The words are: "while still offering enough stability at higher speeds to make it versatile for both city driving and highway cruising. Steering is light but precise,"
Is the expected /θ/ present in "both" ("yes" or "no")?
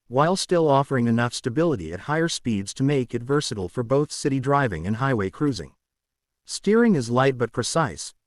yes